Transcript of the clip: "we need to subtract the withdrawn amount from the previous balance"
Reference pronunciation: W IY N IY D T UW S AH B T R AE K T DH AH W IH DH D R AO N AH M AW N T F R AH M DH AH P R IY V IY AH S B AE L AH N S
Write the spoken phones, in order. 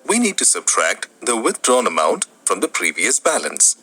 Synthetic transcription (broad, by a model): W IY N IY D T UW S AH B T R AE K T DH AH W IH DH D R AO N AH M AW N T F R AH M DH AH P R IY V IY AH S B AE L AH N S